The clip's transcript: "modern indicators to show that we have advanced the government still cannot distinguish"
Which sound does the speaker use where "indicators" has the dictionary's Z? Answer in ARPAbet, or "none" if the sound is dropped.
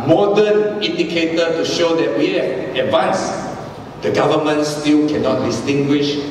none